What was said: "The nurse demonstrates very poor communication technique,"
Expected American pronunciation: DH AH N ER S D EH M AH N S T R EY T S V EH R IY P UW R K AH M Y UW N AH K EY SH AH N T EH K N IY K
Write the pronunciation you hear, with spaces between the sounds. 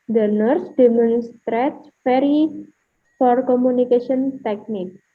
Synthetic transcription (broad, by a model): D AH N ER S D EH M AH N S T R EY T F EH R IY F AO R K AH M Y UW N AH K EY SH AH N T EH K N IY K